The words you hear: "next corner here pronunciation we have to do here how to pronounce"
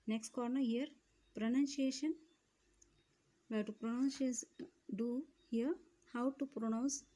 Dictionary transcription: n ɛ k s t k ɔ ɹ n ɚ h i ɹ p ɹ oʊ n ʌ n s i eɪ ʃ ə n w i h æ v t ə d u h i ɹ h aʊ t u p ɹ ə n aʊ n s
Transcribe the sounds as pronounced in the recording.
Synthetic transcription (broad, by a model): n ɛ k s t k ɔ ɹ n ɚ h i ɹ p ɹ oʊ n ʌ n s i eɪ ʃ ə n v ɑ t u p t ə d u h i ɹ h aʊ t u p ɹ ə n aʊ n s